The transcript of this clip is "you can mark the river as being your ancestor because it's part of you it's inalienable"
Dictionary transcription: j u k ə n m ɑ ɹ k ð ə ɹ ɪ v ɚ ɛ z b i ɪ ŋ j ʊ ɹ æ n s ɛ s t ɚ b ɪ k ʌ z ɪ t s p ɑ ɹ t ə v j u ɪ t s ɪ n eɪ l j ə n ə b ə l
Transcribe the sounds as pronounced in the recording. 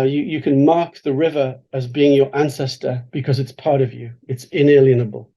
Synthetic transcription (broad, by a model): j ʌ k ə n m ɑ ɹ k ð ə ɹ ɪ v ɚ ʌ z b i ɪ ŋ j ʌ ɹ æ n s ɛ s t ɚ b ɪ k ʌ z ɪ t s p ɑ ɹ t ə v j u ɪ t s ɪ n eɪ l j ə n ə b ə l